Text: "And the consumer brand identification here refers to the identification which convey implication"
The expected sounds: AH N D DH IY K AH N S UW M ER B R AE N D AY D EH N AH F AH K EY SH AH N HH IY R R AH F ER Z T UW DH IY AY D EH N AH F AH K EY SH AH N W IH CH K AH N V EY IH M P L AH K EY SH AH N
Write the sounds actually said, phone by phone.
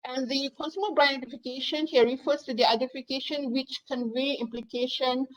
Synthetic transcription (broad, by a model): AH N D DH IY K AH N S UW M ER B R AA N AO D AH F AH K EY SH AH N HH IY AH R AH F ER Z T UW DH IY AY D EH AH F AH K EY SH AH N W IH CH K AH N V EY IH M P L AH K EY SH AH N